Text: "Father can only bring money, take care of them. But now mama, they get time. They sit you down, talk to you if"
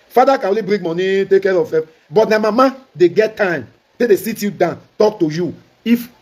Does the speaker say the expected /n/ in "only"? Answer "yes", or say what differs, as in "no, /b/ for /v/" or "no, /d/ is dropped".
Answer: no, /n/ is dropped